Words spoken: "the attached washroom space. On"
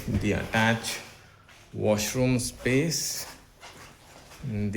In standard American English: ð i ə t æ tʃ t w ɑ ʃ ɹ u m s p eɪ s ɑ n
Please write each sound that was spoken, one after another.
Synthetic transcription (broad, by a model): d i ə t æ tʃ w ɑ ʃ ɹ u m s p eɪ s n